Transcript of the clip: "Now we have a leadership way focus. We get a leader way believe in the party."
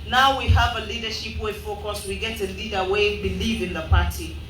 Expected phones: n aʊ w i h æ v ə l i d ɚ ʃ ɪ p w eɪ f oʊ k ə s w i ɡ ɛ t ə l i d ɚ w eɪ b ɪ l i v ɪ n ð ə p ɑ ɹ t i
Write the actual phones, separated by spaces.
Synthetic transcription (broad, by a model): n aʊ w i h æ v ə l i d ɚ ʃ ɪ p w eɪ f oʊ k ə s w i ɡ ɛ t ə l i d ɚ w eɪ b ɪ l i v ɪ n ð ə p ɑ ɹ t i